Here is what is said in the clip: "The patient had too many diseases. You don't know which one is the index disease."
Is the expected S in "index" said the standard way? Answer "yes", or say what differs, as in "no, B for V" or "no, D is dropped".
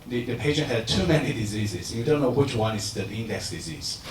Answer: yes